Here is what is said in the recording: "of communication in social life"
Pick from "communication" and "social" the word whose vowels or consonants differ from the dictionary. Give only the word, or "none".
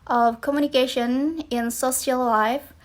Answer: social